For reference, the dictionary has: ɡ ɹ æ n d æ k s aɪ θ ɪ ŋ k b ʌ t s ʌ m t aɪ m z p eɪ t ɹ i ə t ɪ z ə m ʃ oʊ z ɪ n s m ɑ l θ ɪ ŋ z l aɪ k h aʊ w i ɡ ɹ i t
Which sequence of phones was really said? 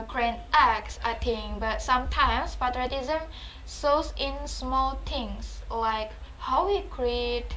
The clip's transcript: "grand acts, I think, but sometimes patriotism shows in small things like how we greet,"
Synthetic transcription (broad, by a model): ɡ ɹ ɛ n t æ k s aɪ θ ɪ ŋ b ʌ t s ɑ m t aɪ m s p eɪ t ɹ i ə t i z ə m s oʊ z ɪ n s m ɑ l t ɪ ŋ s l aɪ k h aʊ w i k ɹ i t